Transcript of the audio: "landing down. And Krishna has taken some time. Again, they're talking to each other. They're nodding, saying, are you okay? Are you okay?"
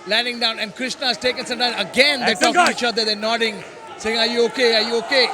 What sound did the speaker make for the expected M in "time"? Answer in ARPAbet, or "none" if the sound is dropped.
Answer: none